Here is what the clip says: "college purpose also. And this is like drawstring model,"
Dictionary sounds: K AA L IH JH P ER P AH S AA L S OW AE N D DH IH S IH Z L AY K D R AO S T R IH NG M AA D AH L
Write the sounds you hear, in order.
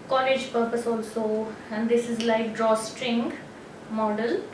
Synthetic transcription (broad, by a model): K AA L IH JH P ER P AH S AA L S OW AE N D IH S IH Z L AY K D R AO S T R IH NG M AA D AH L